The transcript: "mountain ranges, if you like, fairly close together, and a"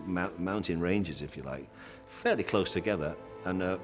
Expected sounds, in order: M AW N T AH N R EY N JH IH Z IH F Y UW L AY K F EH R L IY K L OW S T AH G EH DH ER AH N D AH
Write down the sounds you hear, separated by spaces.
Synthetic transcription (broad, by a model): M AW N T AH N R EY N JH IH Z IH F Y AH L AY K F EH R L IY K L OW S T AH G EH DH ER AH N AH